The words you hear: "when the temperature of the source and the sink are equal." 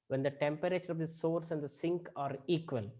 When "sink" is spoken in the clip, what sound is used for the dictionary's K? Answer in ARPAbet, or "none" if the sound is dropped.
K